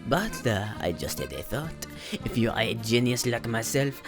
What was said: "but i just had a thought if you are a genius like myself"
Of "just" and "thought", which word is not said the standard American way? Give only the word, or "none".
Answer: none